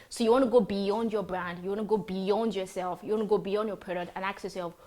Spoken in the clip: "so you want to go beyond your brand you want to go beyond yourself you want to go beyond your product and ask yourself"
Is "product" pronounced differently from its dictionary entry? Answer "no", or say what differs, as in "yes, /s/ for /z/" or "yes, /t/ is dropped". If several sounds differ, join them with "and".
yes, /k/ is dropped